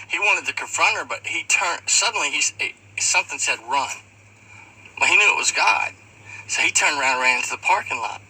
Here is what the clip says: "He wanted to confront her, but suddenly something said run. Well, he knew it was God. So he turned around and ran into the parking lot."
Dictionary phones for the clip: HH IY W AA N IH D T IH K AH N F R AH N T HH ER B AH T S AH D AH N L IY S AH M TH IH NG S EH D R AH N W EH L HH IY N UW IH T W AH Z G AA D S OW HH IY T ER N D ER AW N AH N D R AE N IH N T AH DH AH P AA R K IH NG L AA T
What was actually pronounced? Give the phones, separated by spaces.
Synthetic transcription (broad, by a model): HH IY W AA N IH D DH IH K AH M F R AH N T ER B AH T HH AH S AH N L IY S AH M TH IH NG S EH D R AH N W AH HH IY N UW IH T W AH Z G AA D S OW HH IY T ER N D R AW AH N D R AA IH N T AH DH AH P AA R K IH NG L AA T